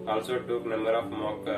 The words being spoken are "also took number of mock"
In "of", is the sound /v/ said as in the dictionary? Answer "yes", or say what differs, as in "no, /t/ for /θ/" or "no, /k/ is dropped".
no, /p/ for /v/